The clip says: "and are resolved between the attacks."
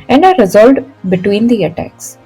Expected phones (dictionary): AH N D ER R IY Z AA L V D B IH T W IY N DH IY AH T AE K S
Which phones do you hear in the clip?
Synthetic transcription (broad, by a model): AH N D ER R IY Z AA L D B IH T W IY N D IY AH T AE K S